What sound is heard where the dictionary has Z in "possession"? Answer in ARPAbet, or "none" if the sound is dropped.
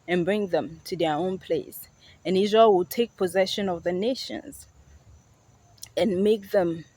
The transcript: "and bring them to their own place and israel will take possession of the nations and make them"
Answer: Z